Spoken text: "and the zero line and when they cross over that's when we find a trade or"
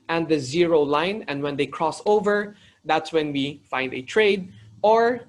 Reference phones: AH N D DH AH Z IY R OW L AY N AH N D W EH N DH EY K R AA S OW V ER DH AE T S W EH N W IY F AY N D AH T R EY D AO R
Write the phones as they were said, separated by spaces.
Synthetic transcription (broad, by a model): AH N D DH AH Z IY R OW L AY N AH N D W EH N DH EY K R AA S OW V ER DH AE T S W EH N W IY F AY N D AH T R EY D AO R